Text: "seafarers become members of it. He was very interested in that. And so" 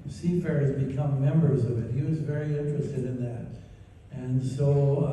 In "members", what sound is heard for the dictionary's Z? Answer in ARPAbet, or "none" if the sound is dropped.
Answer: Z